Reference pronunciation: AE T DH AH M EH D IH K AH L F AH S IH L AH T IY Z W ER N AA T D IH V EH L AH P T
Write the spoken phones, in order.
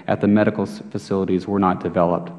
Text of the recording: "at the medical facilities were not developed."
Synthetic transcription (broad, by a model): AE T DH AH M EH D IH K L F AH S IH L AH T IY Z W ER N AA T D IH V EH L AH P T